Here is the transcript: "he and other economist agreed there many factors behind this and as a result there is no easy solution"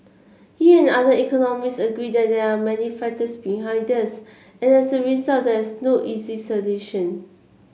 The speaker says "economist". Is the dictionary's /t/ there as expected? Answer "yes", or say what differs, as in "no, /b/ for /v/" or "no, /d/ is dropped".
no, /t/ is dropped